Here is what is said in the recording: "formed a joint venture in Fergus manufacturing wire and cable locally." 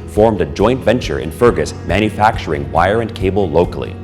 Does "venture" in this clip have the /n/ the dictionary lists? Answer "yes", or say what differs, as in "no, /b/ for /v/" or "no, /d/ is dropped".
yes